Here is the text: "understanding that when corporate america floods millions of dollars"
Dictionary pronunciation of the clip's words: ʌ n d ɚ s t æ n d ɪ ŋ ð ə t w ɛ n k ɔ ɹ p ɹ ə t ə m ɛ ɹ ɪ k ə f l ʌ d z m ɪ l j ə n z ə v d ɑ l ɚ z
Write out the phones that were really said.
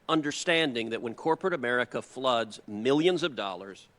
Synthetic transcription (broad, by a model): ʌ n d ɚ s t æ n d ɪ ŋ ð ə t w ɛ n k ɔ ɹ p ɹ ə t ə m ɛ ɹ ɪ k ə f l ʌ d z m ɪ l j ə n z ə v d ɑ l ɚ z